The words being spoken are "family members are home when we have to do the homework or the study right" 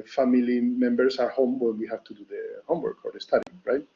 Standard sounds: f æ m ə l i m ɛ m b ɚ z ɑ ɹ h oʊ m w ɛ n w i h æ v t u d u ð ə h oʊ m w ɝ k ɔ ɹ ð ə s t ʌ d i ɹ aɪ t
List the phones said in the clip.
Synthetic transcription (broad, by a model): f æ m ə l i m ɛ m b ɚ s ɑ ɹ h oʊ m w ɛ n w i h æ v t u d u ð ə h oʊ m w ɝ k ɔ ɹ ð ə s t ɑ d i ɹ aɪ t